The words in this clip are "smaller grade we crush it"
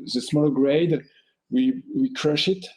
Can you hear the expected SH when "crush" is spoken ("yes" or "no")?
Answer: yes